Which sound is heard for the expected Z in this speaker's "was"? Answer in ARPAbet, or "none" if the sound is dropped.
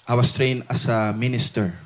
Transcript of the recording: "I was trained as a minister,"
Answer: S